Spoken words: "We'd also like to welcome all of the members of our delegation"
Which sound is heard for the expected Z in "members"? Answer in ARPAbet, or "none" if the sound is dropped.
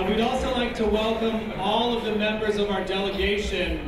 Z